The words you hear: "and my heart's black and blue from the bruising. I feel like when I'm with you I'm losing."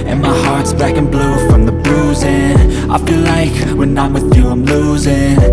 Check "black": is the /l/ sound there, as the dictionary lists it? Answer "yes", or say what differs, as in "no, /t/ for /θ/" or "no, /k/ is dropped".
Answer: no, /l/ is dropped